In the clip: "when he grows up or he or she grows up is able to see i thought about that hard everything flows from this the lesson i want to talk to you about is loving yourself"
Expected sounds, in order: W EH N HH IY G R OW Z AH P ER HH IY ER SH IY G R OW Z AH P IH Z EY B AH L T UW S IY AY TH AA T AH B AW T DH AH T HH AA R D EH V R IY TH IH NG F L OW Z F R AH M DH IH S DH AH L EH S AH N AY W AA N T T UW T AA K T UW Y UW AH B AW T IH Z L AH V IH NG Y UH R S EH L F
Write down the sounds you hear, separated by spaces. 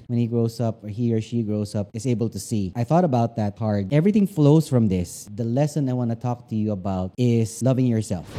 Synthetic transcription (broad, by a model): W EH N HH IY G R OW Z AH P ER HH IY ER SH IY G R OW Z AH P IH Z EY B AH L T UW S IY AY TH AA T AH B AW T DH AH T HH AA R D EH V R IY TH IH NG F L OW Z F R AH M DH IH S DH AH L EH S AH N AY W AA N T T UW T AA K T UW Y UW AH B AW T IH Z L AH V IH NG Y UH R S EH L F